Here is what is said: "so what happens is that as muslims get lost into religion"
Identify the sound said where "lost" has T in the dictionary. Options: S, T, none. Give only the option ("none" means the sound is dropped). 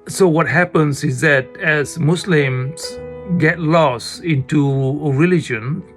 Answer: none